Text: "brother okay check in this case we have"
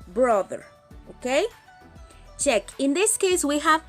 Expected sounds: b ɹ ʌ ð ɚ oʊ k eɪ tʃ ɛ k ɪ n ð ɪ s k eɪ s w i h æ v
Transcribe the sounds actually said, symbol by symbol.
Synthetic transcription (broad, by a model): b ɹ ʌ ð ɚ oʊ k eɪ tʃ ɛ k ɪ n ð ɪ s k eɪ s w i h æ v